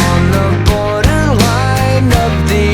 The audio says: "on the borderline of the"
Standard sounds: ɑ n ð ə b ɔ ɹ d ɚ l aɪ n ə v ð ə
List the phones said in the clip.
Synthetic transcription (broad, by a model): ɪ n ð ə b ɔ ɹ d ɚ l aɪ n ə p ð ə